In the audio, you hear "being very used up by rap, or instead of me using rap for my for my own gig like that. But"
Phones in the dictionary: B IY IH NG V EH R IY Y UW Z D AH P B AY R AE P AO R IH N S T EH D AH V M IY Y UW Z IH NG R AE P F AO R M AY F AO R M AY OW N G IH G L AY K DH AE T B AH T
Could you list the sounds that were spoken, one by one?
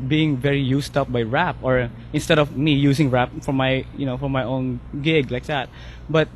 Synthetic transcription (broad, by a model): B IY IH NG V EH R IY Y UW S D AH P B AY R AE P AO R IH N S T EH D AH V M IY Y UW S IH NG R AE P F AO R M AY F AO R M AY OW N G IH G L AY K DH AE T B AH T